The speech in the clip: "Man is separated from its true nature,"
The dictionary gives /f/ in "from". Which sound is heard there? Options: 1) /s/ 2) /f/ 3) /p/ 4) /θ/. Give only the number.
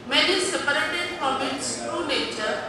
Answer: 3